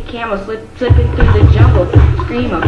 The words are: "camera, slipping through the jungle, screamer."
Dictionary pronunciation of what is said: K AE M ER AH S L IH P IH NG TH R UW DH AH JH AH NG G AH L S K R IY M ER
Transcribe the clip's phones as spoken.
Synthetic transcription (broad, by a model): K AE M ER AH S L IH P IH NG TH R UW DH AH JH AH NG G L S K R IY M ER